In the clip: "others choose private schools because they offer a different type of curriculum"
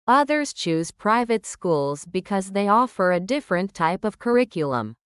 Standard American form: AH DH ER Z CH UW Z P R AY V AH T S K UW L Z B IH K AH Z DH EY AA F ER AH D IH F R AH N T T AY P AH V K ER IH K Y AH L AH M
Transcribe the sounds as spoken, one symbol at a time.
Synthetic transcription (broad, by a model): AH DH ER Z CH UW Z P R AY V AH T S K UW L Z B IH K AH Z DH EY AA F ER AH D IH F R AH N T T AY P AH V K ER IH K Y L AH M